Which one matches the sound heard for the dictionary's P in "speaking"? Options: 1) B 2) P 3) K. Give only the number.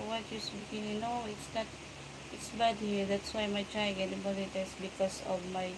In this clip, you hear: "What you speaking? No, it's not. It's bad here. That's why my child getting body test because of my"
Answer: 1